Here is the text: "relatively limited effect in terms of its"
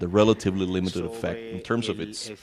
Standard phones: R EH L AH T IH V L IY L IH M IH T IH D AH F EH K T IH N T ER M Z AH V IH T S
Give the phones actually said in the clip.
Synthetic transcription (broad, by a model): R EH L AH T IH V L IY L IH M IH T IH D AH F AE K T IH N T ER M Z AH V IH T S